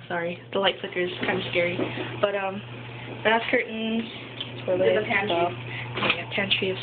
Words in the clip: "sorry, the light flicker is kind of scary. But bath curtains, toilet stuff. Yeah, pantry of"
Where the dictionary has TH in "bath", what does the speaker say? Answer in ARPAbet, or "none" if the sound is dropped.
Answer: S